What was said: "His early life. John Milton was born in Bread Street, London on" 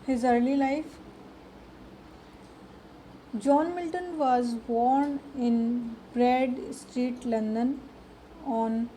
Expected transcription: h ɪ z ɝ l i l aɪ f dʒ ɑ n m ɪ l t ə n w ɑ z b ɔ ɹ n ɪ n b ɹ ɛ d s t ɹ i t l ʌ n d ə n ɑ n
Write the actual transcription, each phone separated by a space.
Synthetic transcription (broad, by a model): h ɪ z ɝ l i l aɪ f dʒ ɑ n m ɪ l t ə n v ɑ z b ɔ ɹ n ɪ n b ɹ ɛ d s t ɹ i t l ʌ n d ə n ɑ n